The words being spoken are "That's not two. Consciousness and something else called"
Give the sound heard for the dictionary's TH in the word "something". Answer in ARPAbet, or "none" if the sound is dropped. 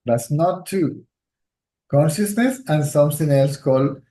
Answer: T